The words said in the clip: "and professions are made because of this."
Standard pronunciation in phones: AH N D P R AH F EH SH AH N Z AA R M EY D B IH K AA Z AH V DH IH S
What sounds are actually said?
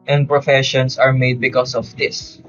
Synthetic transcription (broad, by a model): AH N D P R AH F EH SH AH N S AA R M EY D B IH K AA S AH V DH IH S